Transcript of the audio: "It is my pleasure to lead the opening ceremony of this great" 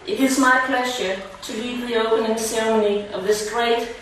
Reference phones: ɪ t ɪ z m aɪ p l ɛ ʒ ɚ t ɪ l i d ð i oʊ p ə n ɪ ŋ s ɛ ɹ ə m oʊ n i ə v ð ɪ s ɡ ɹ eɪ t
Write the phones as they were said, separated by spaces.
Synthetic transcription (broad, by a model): ɪ t ɪ z m aɪ p l ɛ ʒ ɚ t ɪ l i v ð i oʊ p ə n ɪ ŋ s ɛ ɹ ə m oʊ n i ə v ð ɪ s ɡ ɹ eɪ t